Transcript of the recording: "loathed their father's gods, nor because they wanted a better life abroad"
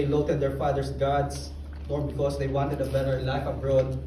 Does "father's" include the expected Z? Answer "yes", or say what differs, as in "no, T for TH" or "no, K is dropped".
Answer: no, S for Z